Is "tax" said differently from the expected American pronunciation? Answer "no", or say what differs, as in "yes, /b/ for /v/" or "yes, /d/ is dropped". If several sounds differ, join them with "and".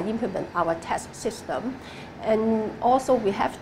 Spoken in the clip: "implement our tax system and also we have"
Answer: yes, /k/ is dropped